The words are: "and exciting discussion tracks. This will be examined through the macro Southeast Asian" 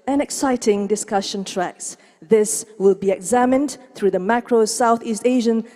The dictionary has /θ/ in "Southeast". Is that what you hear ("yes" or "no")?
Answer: yes